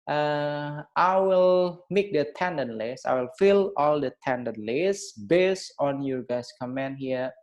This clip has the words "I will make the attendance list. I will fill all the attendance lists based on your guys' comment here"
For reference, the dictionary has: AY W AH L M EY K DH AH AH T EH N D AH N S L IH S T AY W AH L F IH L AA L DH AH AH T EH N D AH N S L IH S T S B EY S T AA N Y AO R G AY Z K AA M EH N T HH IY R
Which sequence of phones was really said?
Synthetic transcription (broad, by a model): AY W AH L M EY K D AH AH T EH N D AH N L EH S AY W AH L F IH L AA L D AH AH T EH N D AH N L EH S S B EY S T AA N Y AO R G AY S K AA M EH N HH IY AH